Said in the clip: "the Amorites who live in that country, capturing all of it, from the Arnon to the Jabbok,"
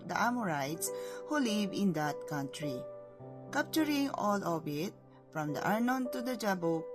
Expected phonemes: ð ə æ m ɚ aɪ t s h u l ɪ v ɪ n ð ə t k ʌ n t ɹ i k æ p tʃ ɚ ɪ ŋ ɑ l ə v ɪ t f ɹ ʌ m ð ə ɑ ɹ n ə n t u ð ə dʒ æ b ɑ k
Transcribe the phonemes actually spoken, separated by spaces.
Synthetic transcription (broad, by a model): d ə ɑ m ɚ aɪ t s h u l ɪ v ɪ n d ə t k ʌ n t ɹ i k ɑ p tʃ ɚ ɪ ŋ ɑ l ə b ɪ t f ɹ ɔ m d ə ɑ ɹ n ə n t u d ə dʒ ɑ b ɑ